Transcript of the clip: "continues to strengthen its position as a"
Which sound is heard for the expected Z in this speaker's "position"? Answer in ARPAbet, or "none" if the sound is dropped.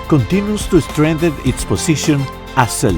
S